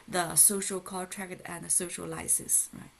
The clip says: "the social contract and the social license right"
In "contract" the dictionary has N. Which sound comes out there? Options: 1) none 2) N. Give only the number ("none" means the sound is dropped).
1